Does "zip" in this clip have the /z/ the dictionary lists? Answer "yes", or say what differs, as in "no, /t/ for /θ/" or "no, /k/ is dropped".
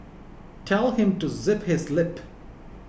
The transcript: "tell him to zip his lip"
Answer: yes